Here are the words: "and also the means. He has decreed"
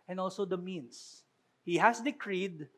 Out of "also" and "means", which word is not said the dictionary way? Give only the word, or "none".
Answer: means